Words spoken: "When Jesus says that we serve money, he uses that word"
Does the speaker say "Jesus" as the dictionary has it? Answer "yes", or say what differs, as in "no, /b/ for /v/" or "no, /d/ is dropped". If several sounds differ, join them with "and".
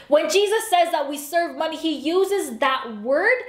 yes